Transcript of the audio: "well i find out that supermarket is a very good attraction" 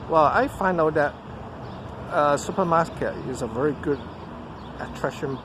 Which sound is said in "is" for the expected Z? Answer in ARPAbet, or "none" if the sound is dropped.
Z